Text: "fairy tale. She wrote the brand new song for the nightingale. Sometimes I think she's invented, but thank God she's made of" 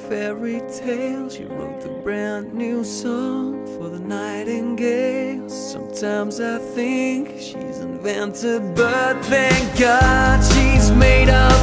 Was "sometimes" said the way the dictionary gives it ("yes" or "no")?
yes